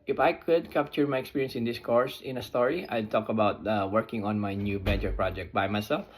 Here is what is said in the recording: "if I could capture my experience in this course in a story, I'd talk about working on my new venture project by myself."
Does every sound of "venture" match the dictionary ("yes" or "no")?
no